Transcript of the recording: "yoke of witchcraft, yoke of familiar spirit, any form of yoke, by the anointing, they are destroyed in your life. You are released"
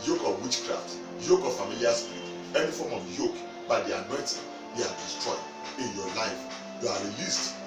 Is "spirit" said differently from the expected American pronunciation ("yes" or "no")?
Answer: yes